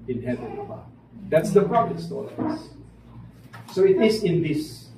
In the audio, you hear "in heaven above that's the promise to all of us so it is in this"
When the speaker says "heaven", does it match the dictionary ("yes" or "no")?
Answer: no